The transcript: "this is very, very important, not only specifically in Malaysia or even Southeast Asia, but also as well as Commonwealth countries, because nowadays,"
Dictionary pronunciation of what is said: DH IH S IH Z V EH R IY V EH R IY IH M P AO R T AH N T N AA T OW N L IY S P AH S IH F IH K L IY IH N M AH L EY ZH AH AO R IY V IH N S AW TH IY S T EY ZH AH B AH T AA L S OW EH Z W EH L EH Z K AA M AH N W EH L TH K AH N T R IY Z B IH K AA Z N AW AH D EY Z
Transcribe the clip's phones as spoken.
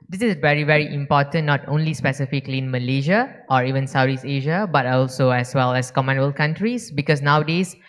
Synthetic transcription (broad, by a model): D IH S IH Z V EH R IY V EH R IY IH M P AO T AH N N AA T OW N L IY S P AH S IH F IH K L IY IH N M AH L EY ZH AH AO R IY V IH N S AW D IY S EY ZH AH B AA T AA L S OW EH S W EH L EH S K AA M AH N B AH L K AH N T R IY S B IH K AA S N AW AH D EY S